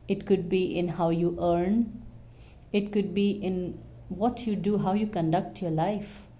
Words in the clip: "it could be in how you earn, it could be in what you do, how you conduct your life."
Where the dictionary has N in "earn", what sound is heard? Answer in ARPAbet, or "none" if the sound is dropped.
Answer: N